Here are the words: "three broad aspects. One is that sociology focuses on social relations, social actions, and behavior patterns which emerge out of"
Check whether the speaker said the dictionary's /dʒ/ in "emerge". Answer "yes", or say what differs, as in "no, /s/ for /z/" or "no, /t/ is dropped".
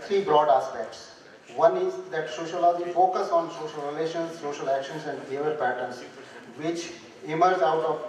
no, /z/ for /dʒ/